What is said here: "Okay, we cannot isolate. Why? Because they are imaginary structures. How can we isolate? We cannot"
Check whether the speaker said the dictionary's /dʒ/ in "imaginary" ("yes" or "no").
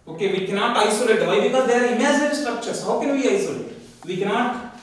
no